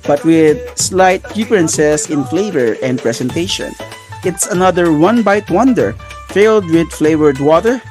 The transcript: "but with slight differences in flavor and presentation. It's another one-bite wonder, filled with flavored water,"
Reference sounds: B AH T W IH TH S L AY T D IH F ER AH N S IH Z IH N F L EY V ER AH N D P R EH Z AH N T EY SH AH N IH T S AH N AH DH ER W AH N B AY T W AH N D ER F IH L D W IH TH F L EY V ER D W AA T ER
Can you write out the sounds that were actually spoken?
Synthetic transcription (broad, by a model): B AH T W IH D S L AY T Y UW P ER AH N S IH S IH N F L EY V ER AH N D P R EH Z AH N T EY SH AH N IH T S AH N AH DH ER W AH N B AY T W AH N D ER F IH L D W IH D F L EY V ER D W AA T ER